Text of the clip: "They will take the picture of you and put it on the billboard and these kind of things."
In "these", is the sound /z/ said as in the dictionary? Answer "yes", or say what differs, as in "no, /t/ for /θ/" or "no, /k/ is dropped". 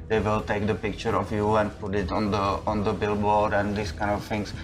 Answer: no, /s/ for /z/